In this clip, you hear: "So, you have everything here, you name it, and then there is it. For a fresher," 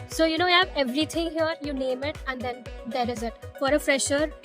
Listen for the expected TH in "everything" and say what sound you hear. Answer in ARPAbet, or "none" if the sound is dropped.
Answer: T